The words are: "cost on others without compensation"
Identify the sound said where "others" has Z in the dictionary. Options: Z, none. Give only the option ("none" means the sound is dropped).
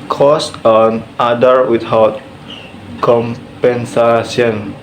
none